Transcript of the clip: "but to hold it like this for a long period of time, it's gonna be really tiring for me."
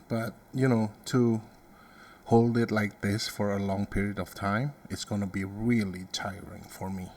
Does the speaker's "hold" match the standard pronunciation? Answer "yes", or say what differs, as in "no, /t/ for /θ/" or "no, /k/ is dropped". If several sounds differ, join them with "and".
yes